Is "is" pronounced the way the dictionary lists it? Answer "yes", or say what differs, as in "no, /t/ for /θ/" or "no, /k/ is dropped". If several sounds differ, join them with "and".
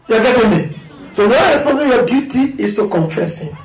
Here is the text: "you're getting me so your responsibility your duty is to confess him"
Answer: no, /s/ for /z/